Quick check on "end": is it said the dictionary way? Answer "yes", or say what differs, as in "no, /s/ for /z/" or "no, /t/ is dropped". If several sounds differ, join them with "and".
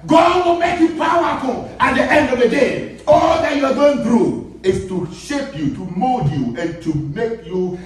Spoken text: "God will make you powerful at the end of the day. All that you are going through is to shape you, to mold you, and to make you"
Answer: yes